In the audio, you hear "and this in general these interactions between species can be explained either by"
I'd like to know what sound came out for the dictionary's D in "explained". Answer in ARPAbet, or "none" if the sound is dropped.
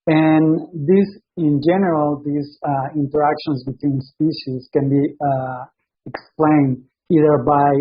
D